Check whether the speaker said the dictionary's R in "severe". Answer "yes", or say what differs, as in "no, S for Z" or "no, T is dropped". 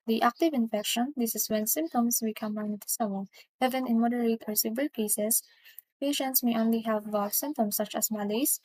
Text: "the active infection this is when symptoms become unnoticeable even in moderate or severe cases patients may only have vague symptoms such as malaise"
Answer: no, L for R